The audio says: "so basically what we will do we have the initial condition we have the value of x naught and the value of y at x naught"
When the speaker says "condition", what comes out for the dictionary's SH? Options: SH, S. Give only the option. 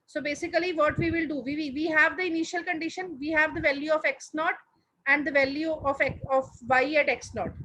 SH